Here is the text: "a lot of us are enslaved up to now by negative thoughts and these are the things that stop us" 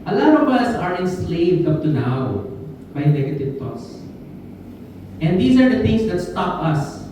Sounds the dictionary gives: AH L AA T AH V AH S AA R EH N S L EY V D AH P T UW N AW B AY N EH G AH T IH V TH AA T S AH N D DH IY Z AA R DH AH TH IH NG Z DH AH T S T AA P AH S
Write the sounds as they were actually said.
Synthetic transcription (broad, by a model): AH L AA T AH V AH S AA R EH N S L EY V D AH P T UW N AW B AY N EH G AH T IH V T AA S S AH N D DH IY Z AA R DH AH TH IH NG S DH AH T S T AA P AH S